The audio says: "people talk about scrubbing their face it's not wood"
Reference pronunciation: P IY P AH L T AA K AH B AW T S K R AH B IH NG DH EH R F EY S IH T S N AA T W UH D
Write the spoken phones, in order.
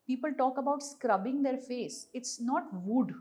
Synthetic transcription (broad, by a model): P IY P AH L T AA K AH B AW T S K R AH B IH NG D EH R F EY S IH T S N AA T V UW D